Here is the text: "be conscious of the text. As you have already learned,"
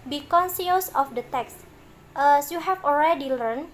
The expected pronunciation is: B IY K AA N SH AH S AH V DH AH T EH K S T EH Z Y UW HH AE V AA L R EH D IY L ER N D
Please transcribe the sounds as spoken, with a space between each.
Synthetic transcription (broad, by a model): B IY K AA N S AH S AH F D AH T EH K S T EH S Y UW HH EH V AA L R EH D IY L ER N